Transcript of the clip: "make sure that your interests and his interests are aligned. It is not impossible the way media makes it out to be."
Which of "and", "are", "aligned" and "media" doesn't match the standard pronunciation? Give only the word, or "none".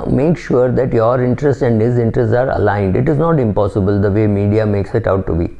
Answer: none